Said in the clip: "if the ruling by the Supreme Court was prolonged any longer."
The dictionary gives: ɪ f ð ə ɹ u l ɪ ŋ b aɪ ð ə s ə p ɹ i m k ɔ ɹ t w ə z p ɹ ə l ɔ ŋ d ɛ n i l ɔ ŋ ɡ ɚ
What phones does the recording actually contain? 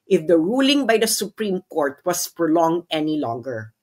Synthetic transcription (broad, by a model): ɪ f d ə ɹ u l ɪ ŋ b aɪ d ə s ə p ɹ i m k ɔ ɹ t w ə s p ɹ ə l ɔ ŋ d ɛ n i l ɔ ŋ ɡ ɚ